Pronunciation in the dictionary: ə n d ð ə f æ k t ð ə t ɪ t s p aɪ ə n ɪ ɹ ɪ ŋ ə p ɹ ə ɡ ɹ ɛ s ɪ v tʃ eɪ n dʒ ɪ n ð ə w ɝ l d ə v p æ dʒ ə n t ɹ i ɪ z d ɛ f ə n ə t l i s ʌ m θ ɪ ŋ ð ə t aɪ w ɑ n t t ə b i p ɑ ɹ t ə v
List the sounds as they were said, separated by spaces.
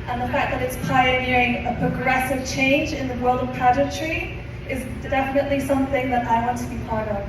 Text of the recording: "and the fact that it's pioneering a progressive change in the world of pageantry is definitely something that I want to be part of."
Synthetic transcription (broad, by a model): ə n ð ə f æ k ð ə t ɪ t s p aɪ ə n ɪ ɹ ɪ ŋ ə p ɹ ə ɡ ɹ ɛ s ɪ v tʃ eɪ n dʒ ɪ n ð ə w ɝ l d ə v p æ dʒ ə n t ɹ i ɪ z d ɛ f ə n ə t l i s ʌ m θ ɪ ŋ ð ə t aɪ w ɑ n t t ə b i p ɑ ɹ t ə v